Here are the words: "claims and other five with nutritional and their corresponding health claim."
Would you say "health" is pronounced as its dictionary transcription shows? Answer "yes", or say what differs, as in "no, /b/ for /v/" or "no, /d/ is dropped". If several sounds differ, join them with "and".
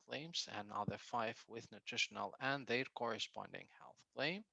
yes